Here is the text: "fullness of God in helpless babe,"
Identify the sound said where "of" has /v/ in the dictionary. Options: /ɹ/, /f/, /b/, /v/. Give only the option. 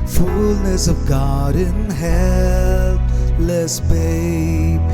/v/